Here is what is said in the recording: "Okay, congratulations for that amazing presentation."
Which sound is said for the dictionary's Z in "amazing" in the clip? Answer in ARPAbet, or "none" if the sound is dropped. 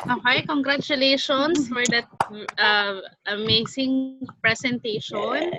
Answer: S